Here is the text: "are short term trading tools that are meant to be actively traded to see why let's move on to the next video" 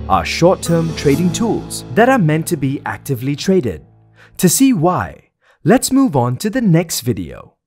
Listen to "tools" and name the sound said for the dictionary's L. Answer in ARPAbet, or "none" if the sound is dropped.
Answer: L